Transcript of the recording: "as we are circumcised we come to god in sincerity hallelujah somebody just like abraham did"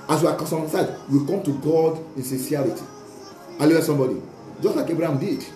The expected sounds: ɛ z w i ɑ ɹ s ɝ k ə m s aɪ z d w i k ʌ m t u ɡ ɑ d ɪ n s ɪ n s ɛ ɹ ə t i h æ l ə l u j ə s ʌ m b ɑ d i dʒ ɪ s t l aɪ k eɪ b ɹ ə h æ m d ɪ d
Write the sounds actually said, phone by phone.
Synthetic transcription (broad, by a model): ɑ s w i ɑ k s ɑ ə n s aɪ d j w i k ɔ m t u ɡ ɑ d ɪ n s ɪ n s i ə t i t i ə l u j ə s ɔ m b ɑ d i dʒ ɪ s t l aɪ k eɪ b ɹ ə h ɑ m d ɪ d